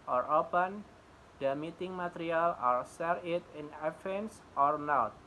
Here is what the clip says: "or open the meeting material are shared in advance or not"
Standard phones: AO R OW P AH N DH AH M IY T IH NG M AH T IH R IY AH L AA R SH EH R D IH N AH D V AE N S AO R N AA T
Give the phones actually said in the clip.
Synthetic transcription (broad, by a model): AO R OW P AH N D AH M IY T IH NG M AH T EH R IY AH L AA R S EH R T IH N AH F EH N S AO R N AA T